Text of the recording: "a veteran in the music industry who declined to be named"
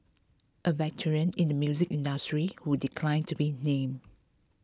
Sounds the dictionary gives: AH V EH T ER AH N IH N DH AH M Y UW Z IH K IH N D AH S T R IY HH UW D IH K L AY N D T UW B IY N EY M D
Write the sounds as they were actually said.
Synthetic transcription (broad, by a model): AH V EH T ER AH N IH N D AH M Y UW Z IH K IH N D AH S T R IY HH UW D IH K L AY N T UW B IY N EY M